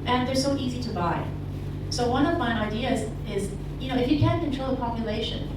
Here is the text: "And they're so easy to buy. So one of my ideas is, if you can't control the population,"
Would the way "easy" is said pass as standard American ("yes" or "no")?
yes